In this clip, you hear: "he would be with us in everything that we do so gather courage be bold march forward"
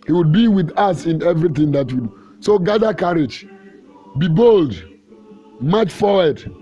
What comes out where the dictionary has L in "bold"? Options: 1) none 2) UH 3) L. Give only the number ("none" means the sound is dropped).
3